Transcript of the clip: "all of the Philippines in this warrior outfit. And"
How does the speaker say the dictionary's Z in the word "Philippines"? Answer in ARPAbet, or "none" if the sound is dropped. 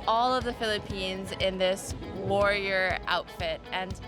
Z